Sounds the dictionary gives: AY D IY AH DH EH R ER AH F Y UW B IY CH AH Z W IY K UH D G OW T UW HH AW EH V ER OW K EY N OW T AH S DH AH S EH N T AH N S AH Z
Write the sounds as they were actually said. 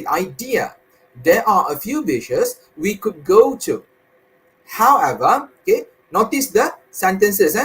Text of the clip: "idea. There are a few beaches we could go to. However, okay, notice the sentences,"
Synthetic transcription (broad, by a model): AY D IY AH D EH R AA AH F Y UW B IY SH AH S W IY K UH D G OW T UW HH AW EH V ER OW K EY N OW T AH S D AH S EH N T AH N S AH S